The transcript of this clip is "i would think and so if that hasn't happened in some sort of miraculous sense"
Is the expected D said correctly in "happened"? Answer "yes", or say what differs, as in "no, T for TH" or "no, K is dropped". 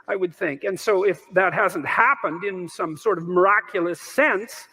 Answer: yes